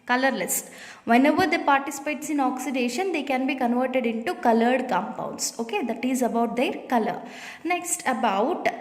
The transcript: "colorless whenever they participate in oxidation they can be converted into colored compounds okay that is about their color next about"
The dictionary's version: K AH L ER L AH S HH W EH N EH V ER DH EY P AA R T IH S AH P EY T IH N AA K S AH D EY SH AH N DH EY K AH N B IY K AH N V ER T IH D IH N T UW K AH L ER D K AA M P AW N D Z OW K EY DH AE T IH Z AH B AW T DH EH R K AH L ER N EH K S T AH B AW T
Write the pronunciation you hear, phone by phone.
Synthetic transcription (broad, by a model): K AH L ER L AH S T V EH N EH V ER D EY P AA R T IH S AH P EY T IH N AA K S AH D EY SH AH N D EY K AH N B IY K AH N V ER T IH D IH N T UW K AH L ER D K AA M P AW N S OW K EY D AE T IH Z AH B AW T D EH R K AH L ER N EH K S T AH B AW T